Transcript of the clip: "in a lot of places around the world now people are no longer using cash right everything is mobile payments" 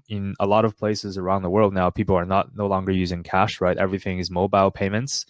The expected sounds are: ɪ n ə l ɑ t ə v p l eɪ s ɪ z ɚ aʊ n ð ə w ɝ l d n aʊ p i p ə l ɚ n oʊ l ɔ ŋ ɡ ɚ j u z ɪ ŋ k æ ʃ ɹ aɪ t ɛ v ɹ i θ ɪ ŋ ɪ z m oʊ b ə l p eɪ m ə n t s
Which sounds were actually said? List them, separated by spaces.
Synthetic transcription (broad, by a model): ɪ n ə l ɑ t ə v p l eɪ s ɪ z ɚ aʊ n ð ə w ɝ l d n aʊ p i p l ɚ n oʊ l ɔ ŋ ɡ ɚ j u z ɪ ŋ k æ ʃ ɹ aɪ t ɛ v ɹ i θ ɪ ŋ ɪ z m oʊ b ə l p eɪ m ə n t s